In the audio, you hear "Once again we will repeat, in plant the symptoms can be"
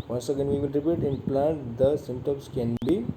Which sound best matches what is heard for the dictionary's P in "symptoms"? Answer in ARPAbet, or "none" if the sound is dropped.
none